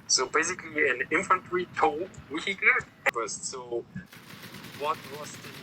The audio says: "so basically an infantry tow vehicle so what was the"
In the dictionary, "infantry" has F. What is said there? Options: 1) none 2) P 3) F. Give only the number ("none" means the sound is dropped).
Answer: 3